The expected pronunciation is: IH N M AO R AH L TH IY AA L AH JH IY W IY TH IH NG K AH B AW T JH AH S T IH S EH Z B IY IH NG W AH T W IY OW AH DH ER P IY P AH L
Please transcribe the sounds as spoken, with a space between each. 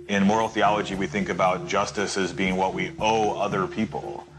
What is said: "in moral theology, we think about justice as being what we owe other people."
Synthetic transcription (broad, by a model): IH N M AO R L TH IY AA L AH JH IY W IY TH IH NG K AH B AW T JH AH S T IH S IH Z B IY IH NG W AH T W IY OW AH DH ER P IY P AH L